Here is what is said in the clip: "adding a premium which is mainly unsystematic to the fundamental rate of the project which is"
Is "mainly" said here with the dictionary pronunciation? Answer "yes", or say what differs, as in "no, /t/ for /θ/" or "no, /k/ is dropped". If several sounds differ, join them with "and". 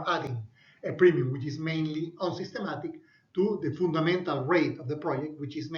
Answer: yes